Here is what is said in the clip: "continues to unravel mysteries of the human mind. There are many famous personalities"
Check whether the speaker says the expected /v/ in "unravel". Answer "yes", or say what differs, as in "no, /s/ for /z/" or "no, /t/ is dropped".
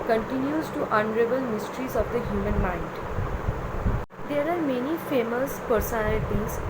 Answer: no, /b/ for /v/